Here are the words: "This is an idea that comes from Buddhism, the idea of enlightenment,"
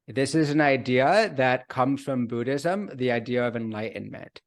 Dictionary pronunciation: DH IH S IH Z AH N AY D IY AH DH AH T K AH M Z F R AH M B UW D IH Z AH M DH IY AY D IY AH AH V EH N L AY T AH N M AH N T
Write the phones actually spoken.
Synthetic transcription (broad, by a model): DH IH S IH Z N AY D IY AH DH AH T K AH M Z F R AH M B UW D IH Z AH M DH IY AY D IY AH AH V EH N L AY T N M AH N T